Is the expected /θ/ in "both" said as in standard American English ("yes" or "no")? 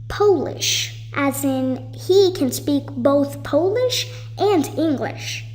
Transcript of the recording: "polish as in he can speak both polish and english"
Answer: yes